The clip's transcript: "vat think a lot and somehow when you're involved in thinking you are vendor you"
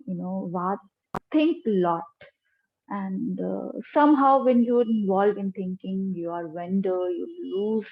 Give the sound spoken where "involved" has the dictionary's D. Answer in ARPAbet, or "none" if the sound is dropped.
none